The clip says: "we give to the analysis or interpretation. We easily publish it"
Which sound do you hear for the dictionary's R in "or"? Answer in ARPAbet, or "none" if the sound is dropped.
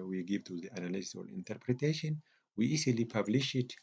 L